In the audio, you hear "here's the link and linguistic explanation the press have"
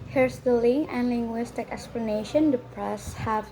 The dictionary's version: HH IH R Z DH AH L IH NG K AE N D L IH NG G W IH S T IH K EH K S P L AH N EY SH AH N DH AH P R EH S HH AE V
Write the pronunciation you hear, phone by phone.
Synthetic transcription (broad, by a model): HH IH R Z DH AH L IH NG AE N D L IH NG G W IH S T IH K EH K S P L AH N EY SH AH N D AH P R EH S HH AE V